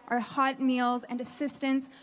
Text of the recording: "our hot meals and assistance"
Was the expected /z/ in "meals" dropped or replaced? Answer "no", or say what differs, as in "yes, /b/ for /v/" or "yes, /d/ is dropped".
no